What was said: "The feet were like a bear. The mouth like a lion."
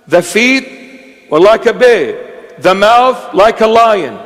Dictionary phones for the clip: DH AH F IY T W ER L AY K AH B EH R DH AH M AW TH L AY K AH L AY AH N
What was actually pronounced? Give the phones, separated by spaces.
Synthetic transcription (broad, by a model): DH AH F IY T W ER L AY K AH B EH DH AH M AW TH L AY K AH L AY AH N